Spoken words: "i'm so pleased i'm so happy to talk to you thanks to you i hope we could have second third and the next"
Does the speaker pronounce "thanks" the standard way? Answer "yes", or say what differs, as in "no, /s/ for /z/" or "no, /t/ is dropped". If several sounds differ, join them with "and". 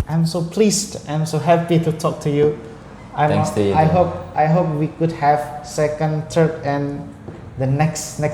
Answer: no, /s/ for /θ/